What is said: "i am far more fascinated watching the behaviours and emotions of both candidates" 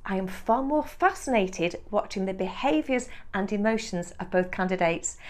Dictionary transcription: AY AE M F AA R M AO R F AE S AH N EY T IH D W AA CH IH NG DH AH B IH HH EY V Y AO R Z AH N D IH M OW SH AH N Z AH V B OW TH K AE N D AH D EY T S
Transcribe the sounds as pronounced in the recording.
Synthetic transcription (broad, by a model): AY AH M F AA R M AO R F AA S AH N EY T IH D W AA CH IH NG DH AH B IH HH EY V Y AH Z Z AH N IH M OW SH AH N Z AH V B OW TH K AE N D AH D EY T S